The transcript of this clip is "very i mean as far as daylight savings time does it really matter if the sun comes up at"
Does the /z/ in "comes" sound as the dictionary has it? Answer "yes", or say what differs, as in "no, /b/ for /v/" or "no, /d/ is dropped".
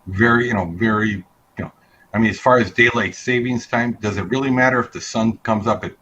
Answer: yes